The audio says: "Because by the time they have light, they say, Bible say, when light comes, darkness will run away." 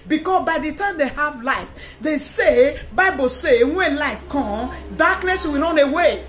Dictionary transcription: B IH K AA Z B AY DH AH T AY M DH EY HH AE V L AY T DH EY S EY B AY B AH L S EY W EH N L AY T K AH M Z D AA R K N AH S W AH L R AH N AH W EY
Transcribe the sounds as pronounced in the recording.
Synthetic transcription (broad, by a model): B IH K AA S B AY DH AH T AY M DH EY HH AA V L AY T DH EY S EY B AY B AH L S EY W EH N L AY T K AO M D AA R K N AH S W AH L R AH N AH W EY